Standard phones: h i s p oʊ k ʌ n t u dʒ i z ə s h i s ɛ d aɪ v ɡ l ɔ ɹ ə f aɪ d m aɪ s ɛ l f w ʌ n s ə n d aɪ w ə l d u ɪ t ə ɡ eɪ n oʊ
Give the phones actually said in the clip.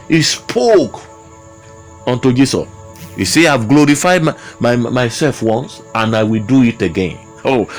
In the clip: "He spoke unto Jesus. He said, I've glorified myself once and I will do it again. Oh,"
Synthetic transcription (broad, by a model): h i s p oʊ k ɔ n t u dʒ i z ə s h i s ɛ aɪ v ɡ l ɔ ɹ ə f aɪ d m aɪ s ɛ l f w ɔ n s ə n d aɪ w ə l d u ɪ t ə ɡ eɪ n oʊ